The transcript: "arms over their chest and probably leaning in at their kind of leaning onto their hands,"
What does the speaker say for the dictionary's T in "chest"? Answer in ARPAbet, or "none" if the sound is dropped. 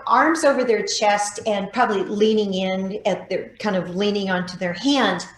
T